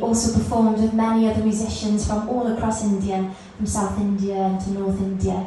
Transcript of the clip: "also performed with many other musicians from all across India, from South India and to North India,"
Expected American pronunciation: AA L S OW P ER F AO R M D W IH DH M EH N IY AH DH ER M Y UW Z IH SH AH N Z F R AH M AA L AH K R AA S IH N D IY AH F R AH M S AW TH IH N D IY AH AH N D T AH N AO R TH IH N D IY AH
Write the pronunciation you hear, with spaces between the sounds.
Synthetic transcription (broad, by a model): AA L S OW P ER F AO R M D W IH DH M EH N IY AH DH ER M Y UW Z IH SH AH N Z F R AH M AA L AH K R AA S IH N D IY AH F R AH M S AW TH IH N D IY AH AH N T AH N AO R TH IH N D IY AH